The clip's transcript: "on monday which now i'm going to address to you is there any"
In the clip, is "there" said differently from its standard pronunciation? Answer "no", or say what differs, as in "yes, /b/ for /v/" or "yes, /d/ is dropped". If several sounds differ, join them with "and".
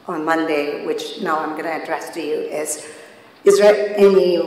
yes, /l/ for /ɹ/